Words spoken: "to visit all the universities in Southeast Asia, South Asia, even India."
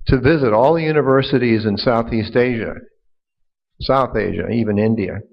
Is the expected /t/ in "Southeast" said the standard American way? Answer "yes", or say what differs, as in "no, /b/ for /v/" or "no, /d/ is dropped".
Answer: yes